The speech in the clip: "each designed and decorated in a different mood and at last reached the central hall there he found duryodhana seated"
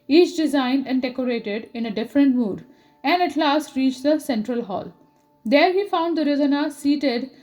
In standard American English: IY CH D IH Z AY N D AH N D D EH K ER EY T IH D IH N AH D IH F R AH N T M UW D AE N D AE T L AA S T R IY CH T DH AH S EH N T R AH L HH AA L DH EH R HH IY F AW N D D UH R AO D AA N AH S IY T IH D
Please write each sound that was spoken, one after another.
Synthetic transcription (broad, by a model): IY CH D IH Z AY N D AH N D D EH K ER EY T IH D IH N AH D IH F R AH N T M UW D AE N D AE T L AA S T R IY CH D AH S EH N T R AH L HH AA L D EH R HH IY F AW N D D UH R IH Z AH N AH S IY T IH D